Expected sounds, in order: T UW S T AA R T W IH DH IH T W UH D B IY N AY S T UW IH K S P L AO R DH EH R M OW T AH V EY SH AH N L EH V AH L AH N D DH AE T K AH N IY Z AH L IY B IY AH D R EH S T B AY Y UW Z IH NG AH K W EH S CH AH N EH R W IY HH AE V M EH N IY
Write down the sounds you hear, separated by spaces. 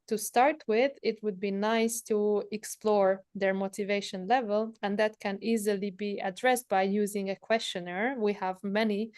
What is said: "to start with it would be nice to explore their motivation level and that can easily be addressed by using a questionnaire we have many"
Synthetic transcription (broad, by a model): T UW S T AA R T W IH DH IH T W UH D B IY N AY S T UW IH K S P L AO R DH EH R M OW T AH V EY SH AH N L EH V AH L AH N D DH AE T K AH N IY Z AH L IY B IY AH D R EH S T B AY Y UW Z IH NG AH K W EH S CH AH N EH R W IY HH AE V M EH N IY